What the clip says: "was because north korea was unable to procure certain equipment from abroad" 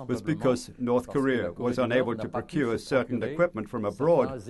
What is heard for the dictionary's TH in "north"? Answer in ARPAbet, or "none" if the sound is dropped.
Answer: TH